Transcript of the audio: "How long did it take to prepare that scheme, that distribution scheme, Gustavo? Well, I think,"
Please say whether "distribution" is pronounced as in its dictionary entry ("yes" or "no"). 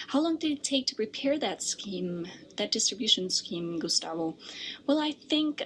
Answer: yes